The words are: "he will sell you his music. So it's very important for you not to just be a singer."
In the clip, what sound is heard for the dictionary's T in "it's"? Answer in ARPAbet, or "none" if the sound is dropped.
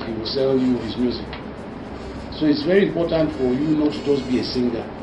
T